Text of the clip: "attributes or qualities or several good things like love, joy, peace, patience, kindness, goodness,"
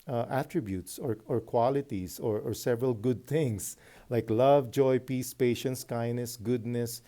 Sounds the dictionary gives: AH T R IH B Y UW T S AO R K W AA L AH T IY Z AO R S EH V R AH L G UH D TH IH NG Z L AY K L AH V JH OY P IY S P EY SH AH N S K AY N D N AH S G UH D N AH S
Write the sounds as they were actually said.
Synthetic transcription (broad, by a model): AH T R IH B Y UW T S AO R K W AA L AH T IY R AO R S EH V R AH L G UH D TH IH NG S L AY K L AH V JH OY P IY S P EY SH AH N S K AY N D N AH S G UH D N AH S